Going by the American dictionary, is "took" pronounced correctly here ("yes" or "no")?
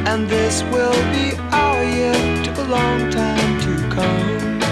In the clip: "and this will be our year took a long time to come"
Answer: no